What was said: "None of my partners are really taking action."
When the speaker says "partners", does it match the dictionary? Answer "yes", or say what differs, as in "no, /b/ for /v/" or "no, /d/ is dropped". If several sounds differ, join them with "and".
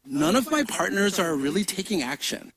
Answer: yes